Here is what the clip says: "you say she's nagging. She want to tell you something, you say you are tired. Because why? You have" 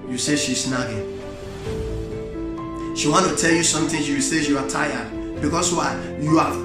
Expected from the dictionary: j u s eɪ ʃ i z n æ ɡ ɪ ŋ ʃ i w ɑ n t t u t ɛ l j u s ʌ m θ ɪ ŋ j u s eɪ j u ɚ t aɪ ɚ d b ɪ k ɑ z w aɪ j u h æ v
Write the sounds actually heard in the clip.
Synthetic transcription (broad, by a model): j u s eɪ ʃ i s n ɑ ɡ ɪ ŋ ʃ i w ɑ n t t u t ɛ l j u s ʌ m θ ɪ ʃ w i s eɪ j u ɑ t aɪ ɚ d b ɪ k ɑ s w aɪ j u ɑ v